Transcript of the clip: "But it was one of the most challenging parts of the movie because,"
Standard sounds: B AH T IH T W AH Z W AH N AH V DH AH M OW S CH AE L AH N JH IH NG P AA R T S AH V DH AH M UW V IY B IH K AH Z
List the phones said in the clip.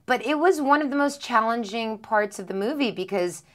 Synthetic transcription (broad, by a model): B AH T IH T W AH Z W AH N AH V DH AH M OW S CH AE L AH N JH IH NG P AA R T S AH V DH AH M UW V IY B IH K AH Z